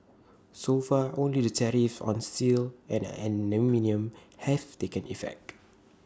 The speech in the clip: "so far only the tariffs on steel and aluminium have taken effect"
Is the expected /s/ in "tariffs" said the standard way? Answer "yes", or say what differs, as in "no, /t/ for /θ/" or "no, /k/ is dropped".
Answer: no, /s/ is dropped